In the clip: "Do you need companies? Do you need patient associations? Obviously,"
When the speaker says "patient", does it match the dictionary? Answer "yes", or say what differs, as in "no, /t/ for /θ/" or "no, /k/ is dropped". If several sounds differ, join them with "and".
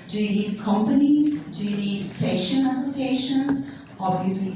no, /t/ is dropped